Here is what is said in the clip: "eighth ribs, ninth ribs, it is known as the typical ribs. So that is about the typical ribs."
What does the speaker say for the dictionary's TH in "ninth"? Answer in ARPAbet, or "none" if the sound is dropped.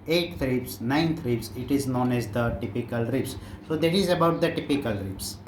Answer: T